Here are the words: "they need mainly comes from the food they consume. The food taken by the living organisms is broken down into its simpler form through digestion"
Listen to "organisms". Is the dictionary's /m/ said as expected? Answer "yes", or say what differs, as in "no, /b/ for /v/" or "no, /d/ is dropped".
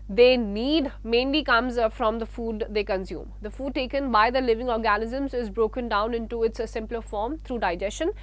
yes